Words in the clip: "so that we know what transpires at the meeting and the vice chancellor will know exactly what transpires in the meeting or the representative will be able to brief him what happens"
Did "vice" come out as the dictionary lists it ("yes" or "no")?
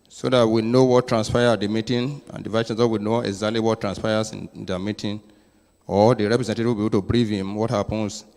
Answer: no